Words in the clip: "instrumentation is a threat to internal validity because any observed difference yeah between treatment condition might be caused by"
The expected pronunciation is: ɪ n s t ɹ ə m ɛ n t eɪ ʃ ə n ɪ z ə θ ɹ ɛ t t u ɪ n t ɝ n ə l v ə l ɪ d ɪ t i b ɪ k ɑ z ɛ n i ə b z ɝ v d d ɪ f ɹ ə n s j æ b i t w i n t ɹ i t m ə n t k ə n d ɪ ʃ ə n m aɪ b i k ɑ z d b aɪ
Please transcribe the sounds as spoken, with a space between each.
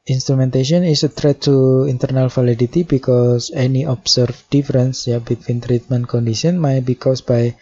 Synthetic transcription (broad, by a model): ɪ n s t ɹ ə m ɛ n t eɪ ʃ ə n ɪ s ə t ɹ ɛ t t u ɪ n t ɝ n ə l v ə l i d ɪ t i b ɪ k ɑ s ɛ n i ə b s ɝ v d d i f ɹ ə n s j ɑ b i t w i n t ɹ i t m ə n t k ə n d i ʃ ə n m aɪ b i k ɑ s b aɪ